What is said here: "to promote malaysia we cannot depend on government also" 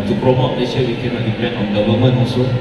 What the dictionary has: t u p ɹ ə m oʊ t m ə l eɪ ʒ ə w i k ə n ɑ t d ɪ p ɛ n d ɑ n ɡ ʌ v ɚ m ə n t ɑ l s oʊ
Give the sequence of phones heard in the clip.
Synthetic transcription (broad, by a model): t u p ɹ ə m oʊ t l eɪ ʃ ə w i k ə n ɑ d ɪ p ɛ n ɑ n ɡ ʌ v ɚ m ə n ɑ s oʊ